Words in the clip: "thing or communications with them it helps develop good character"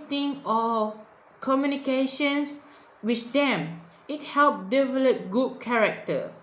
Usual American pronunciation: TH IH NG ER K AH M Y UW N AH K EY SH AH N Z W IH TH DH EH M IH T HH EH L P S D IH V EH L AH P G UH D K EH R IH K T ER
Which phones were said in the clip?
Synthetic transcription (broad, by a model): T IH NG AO K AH M Y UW N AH K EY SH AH N S W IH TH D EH M IH T HH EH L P D IH V EH L AH P G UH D K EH R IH K T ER